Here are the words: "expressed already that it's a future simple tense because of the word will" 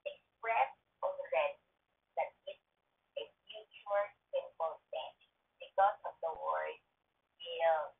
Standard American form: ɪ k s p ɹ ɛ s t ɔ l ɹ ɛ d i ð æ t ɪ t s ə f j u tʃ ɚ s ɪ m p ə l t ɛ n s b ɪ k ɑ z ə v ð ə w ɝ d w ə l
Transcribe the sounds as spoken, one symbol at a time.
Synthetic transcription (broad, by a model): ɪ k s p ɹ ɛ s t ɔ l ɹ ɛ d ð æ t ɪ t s ə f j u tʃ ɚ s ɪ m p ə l s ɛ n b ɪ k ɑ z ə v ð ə w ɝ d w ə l